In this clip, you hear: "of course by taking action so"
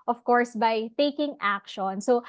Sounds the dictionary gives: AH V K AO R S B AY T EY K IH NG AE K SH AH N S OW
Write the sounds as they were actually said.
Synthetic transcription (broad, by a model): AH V K AO R S B AY T EY K IH NG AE K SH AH N S OW